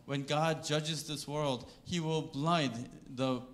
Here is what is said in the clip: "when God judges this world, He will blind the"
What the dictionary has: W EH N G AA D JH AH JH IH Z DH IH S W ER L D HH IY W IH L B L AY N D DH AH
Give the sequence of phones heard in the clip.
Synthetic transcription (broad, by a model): W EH N G AA D JH AH JH IH Z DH IH S W ER L D HH IY W IH L B L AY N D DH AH